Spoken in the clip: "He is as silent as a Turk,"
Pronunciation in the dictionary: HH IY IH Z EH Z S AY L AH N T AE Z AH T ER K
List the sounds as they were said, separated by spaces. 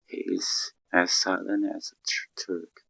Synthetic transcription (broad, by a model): HH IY IH Z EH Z S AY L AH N AE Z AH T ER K